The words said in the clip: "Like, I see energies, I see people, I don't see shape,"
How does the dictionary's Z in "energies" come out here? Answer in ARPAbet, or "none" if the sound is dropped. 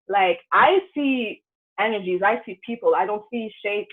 Z